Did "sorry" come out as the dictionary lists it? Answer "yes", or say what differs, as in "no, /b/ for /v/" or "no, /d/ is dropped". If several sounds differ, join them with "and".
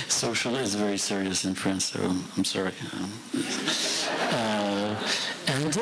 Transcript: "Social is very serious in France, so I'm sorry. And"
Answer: yes